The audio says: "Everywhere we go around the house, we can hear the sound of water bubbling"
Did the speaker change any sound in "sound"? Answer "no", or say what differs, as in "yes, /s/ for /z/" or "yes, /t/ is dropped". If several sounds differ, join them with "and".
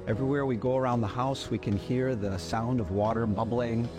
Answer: no